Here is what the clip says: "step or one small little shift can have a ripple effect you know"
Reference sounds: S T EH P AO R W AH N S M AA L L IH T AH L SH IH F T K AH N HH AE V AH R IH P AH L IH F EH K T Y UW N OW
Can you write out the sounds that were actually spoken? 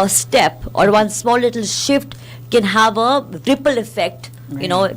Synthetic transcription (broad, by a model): S T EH P AO R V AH N S M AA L L IH T AH L SH IH F T K AH N HH AE V AH R IH P AH L IH F EH K T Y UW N OW